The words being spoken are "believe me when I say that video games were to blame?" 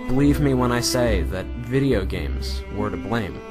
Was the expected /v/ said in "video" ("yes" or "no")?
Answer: yes